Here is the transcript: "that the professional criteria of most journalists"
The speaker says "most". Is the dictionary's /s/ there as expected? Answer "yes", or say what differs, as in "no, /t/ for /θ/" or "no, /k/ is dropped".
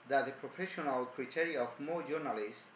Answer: no, /s/ is dropped